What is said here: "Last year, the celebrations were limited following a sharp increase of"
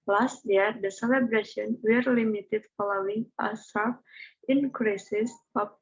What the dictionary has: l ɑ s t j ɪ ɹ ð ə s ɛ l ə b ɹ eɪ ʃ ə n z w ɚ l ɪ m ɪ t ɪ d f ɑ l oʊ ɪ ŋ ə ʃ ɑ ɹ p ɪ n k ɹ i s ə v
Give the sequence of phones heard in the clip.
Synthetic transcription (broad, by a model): l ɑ s t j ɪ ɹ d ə s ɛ l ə b ɹ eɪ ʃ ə n w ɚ l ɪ m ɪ t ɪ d f ɑ l oʊ ɪ ŋ ə s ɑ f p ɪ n k ɹ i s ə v